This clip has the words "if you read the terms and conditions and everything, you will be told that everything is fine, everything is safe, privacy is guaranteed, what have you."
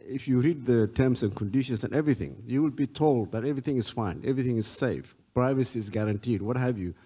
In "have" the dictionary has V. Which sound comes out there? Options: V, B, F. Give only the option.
V